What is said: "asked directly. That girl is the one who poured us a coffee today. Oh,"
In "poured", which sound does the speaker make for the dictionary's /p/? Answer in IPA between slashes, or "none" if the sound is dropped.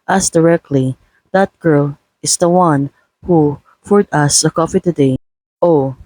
/f/